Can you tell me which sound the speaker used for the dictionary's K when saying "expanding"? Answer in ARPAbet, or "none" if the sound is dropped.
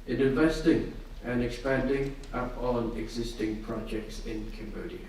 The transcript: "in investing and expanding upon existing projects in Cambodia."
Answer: K